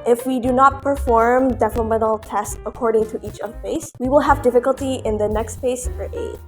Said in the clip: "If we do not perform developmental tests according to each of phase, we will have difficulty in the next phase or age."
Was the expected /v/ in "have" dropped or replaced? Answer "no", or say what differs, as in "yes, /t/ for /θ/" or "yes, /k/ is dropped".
no